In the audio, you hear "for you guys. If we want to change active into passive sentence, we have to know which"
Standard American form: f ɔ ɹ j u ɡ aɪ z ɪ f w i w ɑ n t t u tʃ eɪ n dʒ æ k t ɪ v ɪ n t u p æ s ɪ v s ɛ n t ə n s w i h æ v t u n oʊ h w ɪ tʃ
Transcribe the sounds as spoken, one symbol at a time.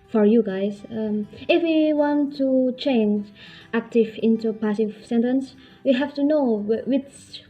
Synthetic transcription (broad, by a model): f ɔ ɹ j u ɡ aɪ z ɪ f w i w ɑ n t t u tʃ eɪ n dʒ æ k t ɪ v ɪ n t u p æ s ɪ v s ɛ n t ə n s w i h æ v t u n oʊ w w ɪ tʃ